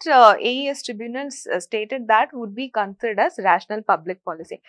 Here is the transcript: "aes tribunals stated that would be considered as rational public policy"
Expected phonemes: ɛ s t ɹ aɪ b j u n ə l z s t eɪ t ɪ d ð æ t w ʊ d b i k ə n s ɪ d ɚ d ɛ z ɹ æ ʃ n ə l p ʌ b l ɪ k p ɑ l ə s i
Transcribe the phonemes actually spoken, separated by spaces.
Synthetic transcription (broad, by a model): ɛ s t ɹ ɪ b j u n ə l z s t eɪ t ɪ d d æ t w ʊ d b i k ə n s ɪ d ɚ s ɹ æ ʃ n ə l p ʌ b l ɪ k p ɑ l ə s i